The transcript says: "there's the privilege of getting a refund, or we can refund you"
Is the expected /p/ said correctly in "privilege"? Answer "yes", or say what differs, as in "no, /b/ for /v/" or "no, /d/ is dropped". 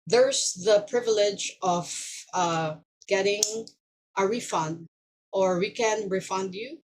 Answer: yes